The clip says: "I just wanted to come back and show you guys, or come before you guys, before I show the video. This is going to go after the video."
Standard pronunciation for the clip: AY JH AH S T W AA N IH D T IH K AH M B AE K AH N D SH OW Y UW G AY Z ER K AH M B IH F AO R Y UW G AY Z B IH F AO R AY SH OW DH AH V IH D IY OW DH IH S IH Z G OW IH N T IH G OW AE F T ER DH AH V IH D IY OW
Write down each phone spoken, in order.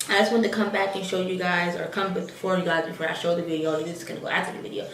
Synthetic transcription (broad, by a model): AY JH AH S T W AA N T IH K AH M B AE K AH N SH OW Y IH G AY Z ER K AH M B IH F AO R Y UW G AY Z B IH F AO R AY SH OW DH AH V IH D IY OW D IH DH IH S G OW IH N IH G OW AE T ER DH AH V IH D IY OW